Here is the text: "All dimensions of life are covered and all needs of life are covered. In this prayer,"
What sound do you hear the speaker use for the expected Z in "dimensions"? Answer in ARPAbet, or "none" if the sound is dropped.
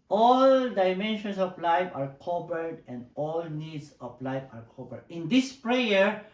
S